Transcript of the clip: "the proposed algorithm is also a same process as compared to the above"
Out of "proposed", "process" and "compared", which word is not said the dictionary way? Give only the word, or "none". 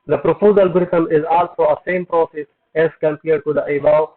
proposed